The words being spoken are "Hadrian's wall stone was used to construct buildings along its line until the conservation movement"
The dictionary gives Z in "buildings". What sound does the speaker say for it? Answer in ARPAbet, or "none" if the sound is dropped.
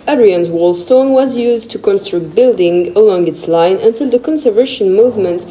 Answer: none